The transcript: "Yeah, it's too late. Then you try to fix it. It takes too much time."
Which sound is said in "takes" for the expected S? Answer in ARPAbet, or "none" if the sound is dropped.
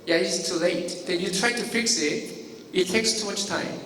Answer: S